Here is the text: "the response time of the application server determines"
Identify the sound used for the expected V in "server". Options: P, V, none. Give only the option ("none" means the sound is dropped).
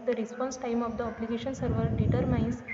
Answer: V